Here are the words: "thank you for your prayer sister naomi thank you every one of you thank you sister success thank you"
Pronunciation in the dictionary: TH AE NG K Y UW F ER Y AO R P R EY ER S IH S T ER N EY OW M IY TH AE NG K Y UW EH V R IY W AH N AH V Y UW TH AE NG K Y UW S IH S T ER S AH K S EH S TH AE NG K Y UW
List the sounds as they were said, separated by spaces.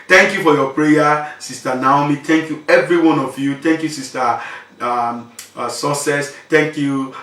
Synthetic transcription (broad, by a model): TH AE NG K Y UW F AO Y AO P R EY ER S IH S T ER N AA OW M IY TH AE NG K Y UW EH V R IY W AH N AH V Y UW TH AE NG K Y UW S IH S T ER S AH S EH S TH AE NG K Y UW